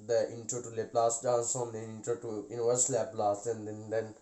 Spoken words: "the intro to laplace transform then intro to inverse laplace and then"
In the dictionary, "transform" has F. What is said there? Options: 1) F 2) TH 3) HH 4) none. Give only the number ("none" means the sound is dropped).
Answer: 4